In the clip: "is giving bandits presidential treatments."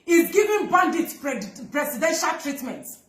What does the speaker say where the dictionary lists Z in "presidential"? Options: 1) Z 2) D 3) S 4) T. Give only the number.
3